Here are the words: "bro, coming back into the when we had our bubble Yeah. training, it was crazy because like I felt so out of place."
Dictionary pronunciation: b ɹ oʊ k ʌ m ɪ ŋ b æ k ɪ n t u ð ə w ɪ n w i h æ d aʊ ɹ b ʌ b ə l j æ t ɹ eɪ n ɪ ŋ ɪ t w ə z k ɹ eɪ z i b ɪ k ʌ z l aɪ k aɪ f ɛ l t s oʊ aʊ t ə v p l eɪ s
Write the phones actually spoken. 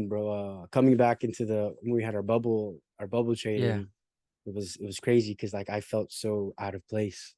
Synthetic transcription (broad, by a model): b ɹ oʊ k ʌ m ɪ ŋ b æ k ɪ n t u ð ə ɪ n w i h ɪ d aʊ ɹ b ʌ b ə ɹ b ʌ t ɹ eɪ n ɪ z ɪ t w ə z k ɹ eɪ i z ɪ k ʌ z l aɪ k aɪ f ɛ l t s oʊ aʊ t ə v p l eɪ s